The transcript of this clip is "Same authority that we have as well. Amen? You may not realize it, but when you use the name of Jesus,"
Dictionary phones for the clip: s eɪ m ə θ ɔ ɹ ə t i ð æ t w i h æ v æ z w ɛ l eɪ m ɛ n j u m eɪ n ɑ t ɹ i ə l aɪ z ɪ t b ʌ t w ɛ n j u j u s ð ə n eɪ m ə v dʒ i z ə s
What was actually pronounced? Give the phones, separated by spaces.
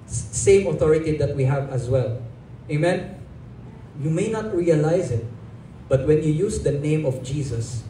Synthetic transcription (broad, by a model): s eɪ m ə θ ɔ ɹ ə t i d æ t w i h æ v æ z w ɛ l eɪ m ɛ n j u m eɪ n ɑ t ɹ i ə l aɪ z ɪ t b ʌ t w ɛ n j u j u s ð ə n eɪ m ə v dʒ i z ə s